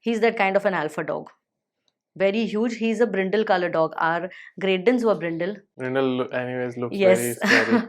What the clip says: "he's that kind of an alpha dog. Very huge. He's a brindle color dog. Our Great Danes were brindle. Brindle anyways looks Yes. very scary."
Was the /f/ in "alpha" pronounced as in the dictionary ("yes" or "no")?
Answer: yes